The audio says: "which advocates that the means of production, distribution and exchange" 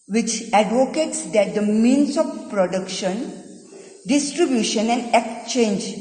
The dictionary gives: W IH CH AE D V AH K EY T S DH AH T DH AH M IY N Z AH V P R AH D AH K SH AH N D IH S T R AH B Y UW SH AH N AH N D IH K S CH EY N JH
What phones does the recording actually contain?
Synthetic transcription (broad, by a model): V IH CH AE D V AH K EY T S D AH T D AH M IY N S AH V P R AH D AH K SH AH N D IH S T R AH B Y UW SH AH N AH N D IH K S CH EY N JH